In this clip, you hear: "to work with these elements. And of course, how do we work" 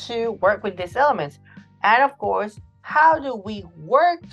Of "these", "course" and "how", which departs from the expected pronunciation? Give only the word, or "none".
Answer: these